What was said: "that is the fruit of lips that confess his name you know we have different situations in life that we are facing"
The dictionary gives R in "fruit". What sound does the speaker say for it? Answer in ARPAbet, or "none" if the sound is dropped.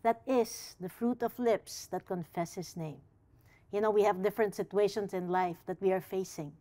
R